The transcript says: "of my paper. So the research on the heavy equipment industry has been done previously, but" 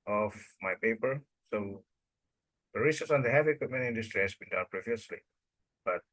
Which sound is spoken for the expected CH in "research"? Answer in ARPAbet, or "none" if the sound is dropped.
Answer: S